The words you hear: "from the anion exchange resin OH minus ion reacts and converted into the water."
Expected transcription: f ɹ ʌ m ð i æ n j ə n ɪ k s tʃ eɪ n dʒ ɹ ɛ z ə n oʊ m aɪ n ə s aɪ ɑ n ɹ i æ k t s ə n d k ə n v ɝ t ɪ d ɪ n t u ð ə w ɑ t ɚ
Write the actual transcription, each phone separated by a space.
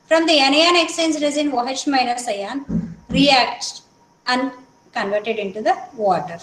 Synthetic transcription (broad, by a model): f ɹ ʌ m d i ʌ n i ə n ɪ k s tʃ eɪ n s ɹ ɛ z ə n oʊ m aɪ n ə s aɪ ɑ n ɹ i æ k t ə n d k ə n v ɝ t ɪ d ɪ n t u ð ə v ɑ t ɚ